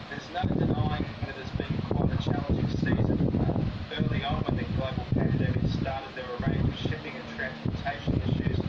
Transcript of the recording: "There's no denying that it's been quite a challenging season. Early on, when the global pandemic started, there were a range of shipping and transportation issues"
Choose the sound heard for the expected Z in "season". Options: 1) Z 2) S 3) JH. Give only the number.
1